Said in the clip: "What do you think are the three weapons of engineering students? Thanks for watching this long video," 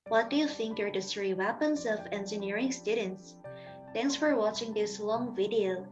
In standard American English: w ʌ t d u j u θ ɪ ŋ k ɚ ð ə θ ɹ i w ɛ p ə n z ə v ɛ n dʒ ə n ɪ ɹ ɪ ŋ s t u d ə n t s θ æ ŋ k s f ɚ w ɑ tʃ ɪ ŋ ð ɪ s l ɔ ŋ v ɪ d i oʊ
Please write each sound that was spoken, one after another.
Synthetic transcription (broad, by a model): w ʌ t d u j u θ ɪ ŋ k ɚ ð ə s ɹ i w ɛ p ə n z ə v ɛ n dʒ ə n ɪ ɹ ɪ ŋ s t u d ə n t s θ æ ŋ k s f ɚ w ɑ tʃ ɪ ŋ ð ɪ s l ɔ ŋ v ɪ d i oʊ